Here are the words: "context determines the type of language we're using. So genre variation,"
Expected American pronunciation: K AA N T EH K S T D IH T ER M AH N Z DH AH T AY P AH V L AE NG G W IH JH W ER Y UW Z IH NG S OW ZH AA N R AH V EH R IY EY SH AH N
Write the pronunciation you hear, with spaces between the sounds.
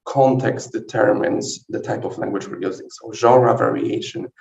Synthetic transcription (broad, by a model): K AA N T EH K S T D IH T ER M AH N Z DH AH T AY P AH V L AE NG G W IH JH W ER Y UW Z IH NG S OW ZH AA R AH V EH R IY EY SH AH N